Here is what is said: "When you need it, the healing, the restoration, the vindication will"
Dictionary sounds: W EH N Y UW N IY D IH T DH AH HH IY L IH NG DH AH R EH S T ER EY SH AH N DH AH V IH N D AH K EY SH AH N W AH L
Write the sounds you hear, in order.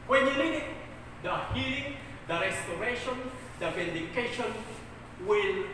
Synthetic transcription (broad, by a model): W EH N Y UW L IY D IH T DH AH HH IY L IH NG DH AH R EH S T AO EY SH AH N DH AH V IH N D AH K EY SH AH N W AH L